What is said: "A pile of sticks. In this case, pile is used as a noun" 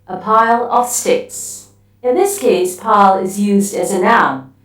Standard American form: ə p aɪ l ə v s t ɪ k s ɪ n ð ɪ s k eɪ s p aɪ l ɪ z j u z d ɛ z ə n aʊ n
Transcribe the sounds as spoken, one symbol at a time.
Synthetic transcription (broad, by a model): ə p aɪ l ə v s t ɪ k s ɪ n ð ɪ s k eɪ s p aɪ l ɪ z j u z d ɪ z ə n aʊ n